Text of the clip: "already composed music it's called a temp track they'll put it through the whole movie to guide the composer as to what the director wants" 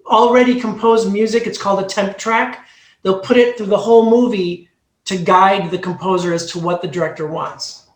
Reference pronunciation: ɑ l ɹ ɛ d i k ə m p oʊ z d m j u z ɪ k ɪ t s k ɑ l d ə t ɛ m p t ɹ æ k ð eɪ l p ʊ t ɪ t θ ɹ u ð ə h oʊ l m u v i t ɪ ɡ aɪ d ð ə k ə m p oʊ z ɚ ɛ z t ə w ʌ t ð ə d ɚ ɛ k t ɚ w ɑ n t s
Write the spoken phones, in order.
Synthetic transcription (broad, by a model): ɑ l ɹ ɛ d i k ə m p oʊ z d m j u z ɪ k ɪ t s k ɑ l d ə t ɛ m p t ɹ æ k ð eɪ l p ʊ t ɪ t θ ɹ u ð ə h oʊ l m u v i t ɪ ɡ aɪ d ð ə k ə m p oʊ z ɚ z t ə w ʌ t ð ə d ɚ ɛ k t ɚ w ɑ n t s